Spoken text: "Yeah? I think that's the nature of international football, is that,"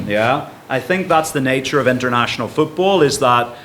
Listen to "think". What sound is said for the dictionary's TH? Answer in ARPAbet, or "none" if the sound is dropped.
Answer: TH